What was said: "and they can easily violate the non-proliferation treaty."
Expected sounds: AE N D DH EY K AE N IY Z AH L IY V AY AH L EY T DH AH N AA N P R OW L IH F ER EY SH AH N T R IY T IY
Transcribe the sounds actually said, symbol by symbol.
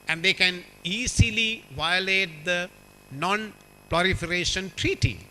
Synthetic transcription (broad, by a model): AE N D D EY K AE N IY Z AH L IY V AY AH L EY T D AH N AA N P L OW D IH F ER EY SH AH N T R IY T IY